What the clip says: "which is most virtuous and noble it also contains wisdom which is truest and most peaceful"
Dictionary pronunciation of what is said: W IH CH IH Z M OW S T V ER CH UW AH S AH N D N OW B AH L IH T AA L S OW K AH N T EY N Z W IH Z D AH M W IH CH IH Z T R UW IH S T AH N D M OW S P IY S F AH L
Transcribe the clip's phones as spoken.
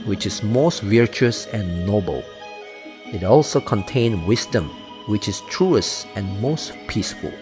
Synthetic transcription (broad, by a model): W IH CH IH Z M OW S T V ER CH UW AH S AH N N OW B AH L IH T AA L S OW K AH N T EY N W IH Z D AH M W IH CH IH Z T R UW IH S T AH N M OW S P IY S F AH L